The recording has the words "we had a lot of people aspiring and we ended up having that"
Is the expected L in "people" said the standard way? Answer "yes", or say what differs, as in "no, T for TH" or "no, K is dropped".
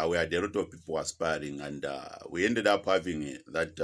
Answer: no, W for L